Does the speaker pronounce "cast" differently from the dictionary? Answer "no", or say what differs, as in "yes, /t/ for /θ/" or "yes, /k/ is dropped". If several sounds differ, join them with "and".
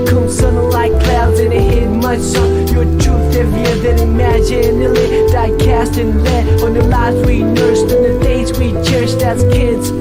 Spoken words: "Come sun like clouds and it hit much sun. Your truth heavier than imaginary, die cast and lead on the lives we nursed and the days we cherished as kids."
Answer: no